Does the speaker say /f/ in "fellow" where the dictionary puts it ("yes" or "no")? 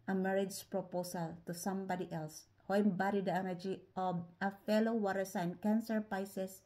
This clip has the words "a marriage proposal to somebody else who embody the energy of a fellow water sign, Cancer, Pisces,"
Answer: yes